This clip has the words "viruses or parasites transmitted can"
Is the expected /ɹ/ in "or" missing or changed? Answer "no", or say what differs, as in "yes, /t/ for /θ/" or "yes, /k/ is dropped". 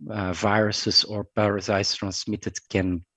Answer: no